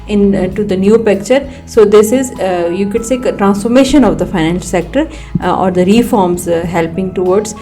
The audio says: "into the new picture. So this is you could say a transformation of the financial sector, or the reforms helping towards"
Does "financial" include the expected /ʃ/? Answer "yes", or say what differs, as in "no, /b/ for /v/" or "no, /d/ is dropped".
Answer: no, /ʃ/ is dropped